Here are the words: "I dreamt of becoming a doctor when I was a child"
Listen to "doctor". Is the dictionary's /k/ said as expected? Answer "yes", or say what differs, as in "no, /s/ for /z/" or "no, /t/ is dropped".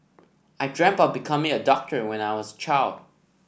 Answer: yes